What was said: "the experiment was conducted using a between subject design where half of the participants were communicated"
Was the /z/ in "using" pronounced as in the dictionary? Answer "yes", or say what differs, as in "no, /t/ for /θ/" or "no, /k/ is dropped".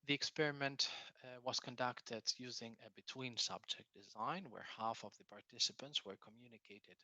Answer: yes